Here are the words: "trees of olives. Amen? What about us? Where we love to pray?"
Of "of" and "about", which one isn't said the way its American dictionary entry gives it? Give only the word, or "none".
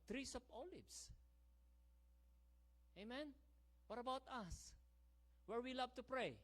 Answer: of